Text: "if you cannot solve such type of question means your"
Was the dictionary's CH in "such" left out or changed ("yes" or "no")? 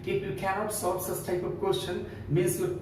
yes